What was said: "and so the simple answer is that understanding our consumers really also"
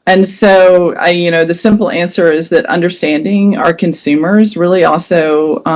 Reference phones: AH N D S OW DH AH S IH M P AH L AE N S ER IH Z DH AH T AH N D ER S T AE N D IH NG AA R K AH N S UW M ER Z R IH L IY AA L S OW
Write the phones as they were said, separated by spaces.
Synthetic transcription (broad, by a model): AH N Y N OW DH AH S IH M P L AE N S ER IH Z DH AH T AH N D ER S T AE N D IH NG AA R K AH N S UW M ER Z R IH L IY AA L S OW